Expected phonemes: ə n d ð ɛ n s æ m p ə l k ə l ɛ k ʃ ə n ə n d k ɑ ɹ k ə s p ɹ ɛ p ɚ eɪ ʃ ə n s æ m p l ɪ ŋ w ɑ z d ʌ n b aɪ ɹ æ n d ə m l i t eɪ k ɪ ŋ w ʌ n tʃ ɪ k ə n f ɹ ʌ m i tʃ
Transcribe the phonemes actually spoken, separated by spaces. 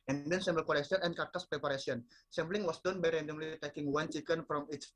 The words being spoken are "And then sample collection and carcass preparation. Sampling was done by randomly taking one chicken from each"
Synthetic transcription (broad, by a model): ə n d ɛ n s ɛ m b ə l k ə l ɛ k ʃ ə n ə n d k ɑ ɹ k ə s p ɹ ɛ p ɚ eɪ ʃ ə n s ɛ m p l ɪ ŋ w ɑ s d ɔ n b aɪ ɹ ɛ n d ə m l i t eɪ k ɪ ŋ w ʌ n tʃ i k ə n f ɹ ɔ m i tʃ